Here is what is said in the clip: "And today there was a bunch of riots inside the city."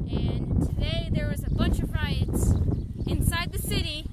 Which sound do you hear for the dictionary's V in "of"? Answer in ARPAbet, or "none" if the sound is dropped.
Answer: V